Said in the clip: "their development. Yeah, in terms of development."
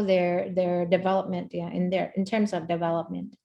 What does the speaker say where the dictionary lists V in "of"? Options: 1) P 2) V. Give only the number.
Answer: 2